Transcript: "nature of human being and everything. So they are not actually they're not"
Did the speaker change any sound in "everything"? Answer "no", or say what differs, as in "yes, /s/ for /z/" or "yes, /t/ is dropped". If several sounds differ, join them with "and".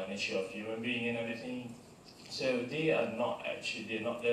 yes, /ɹ/ is dropped